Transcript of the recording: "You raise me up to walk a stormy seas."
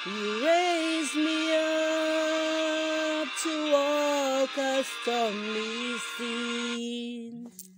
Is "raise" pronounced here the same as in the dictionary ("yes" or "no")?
yes